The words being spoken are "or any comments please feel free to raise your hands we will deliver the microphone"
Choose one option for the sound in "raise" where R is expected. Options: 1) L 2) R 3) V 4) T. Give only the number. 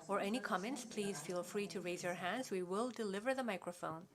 2